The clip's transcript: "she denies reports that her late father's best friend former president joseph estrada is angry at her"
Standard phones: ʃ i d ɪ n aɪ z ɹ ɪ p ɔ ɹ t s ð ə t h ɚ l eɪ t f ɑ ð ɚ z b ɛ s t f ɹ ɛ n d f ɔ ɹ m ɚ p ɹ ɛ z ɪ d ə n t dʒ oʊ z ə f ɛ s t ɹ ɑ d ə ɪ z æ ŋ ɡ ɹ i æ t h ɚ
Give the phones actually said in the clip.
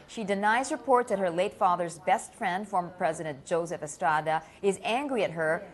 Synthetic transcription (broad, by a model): ʃ i d ɪ n aɪ z ɹ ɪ p ɔ ɹ t ð ə t h ɚ l eɪ t f ɑ ð ɚ z b ɛ s t f ɹ ɛ n d f ɔ ɹ m ɚ p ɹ ɛ z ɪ d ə n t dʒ oʊ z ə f ɛ s t ɹ ɑ d ə ɪ z æ ŋ ɡ ɹ i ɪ t h ɚ